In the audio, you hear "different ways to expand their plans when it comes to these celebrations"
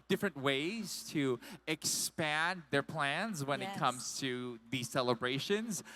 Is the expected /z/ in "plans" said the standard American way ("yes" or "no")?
yes